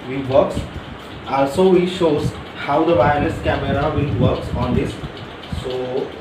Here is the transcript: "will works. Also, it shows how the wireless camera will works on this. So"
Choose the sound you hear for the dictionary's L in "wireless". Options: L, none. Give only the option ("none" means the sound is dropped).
none